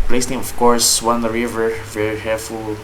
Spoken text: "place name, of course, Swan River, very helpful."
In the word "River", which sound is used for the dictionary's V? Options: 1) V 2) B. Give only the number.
1